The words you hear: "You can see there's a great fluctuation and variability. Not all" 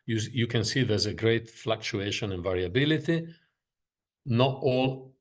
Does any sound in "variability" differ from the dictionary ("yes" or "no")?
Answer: no